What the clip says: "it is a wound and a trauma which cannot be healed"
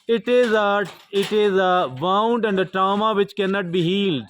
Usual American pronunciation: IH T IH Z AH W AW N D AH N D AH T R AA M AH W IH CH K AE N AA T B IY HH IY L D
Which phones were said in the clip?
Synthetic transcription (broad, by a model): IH T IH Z AH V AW N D AH N D AH T R AA M AH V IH CH K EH N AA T B IY HH IY L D